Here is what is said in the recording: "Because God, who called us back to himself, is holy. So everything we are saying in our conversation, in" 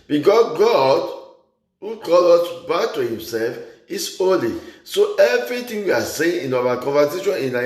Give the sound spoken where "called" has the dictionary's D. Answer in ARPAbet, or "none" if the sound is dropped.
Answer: none